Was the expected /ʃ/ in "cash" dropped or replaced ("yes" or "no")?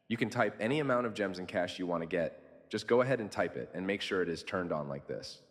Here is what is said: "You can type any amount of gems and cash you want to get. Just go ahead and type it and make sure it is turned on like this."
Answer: no